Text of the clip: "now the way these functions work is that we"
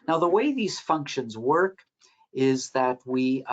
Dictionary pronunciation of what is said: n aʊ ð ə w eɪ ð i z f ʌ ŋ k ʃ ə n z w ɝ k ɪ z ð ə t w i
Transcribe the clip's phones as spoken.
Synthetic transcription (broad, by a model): n aʊ ð ə w eɪ ð i z f ʌ ŋ k ʃ ə n z w ɝ k ɪ z ð ə t w i